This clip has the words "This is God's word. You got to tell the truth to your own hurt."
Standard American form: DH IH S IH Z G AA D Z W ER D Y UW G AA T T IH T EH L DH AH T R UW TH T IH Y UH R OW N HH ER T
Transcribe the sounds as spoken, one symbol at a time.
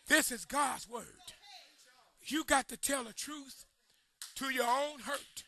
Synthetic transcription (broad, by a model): DH IH S IH Z G AA D Z W ER D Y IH G AA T T IH T EH L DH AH T R UW TH T IH Y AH R OW N HH ER T